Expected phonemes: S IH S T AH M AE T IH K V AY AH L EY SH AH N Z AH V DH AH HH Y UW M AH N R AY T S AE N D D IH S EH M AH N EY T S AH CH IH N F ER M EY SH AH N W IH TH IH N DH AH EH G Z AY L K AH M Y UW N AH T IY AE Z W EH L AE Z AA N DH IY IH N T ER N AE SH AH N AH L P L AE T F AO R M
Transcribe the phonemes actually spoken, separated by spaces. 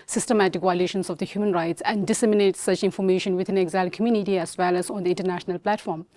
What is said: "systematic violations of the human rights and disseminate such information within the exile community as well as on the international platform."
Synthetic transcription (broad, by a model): S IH S T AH M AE T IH K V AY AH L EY SH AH N S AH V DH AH HH Y UW M AH N R AY T S AE N D D IH S EH M AH N EY T S AH CH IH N F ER M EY SH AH N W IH T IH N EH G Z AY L K AH M Y UW N AH T IY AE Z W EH L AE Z AA N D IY IH N T ER N AE SH AH N AH L P L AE T F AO R M